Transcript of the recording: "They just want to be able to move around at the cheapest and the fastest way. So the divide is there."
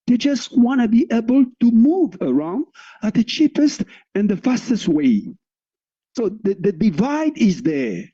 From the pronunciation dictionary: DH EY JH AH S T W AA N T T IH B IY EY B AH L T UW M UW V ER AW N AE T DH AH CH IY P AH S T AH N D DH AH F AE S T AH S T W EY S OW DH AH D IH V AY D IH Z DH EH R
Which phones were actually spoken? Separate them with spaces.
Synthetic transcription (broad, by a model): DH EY JH AH S T W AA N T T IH B IY EY B AH L T UW M UW V ER AW N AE T DH AH CH IY P AH S T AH N DH AH F AE S T AH S T W EY S OW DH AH D IH V AY D IH Z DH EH R